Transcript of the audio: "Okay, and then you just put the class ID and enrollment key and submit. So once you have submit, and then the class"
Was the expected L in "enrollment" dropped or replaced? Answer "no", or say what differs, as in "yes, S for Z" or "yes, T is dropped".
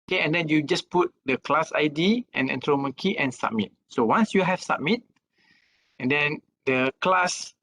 yes, L is dropped